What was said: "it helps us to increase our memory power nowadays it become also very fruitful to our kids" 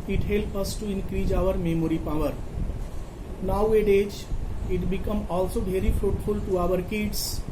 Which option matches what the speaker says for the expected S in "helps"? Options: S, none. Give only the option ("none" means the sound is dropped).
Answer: none